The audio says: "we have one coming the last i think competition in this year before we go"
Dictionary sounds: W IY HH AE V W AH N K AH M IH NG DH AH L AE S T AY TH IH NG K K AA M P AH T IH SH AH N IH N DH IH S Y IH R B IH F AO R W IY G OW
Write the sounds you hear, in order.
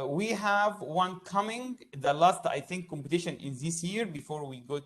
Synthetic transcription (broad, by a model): W IY HH AE V W AH N K AH M IH NG DH AH L AE S T AY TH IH NG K K AA M P AH T IH SH AH N IH N DH IH S Y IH R B IH F AO R W IY G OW